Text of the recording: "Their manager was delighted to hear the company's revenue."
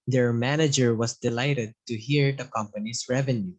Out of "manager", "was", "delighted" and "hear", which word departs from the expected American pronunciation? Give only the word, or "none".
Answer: was